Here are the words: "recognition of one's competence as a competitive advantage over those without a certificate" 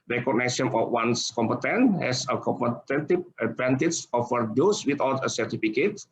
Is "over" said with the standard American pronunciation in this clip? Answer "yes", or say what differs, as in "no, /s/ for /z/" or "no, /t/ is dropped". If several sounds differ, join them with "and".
no, /f/ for /v/